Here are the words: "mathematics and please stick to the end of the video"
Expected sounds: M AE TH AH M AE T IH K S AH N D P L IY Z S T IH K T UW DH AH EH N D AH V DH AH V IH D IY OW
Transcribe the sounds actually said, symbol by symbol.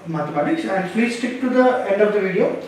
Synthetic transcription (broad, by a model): M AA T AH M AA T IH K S AH N D F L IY S T IH K T UW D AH EH N D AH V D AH V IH D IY OW